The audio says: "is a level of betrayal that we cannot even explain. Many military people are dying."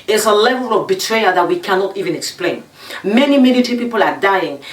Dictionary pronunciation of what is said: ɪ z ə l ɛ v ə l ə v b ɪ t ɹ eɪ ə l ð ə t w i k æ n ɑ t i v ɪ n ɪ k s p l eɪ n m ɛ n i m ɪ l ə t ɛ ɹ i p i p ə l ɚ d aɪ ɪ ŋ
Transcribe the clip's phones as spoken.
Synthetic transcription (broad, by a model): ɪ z ə l ɛ v ə l ə v b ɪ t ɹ eɪ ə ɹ ð ə t w i k æ n ɑ t i v ɪ n ɪ k s p l eɪ n m ɛ n i m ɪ n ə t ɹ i p i p ə l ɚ d aɪ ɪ ŋ